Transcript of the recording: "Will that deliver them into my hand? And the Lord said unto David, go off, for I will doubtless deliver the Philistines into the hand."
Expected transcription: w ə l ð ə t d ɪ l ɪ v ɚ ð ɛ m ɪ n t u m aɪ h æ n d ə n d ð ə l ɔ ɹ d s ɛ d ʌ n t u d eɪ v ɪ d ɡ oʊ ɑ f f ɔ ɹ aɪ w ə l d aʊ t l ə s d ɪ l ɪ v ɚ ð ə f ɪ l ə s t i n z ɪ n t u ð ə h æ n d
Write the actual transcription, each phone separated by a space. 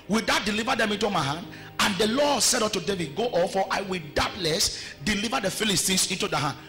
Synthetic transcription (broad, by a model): w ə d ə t d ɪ l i v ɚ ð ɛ m ɪ n t u m aɪ h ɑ n d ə n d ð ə l ɔ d s ɛ d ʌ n t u d eɪ v ɪ d ɡ oʊ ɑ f f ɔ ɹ aɪ w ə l d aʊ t l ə s d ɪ l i v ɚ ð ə f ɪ l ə s t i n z ɪ n t u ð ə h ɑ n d